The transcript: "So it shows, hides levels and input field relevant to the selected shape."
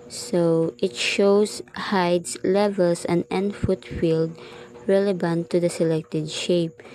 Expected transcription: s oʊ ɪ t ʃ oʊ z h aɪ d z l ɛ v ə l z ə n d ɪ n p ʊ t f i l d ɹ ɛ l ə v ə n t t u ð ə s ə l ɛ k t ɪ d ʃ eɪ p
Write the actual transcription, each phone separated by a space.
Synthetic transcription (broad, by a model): s oʊ ɪ t ʃ oʊ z h aɪ d s l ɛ v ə l s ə n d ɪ n f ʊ t f i l d ɹ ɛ l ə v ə n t t u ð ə s ə l ɛ k t ɪ d ʃ eɪ p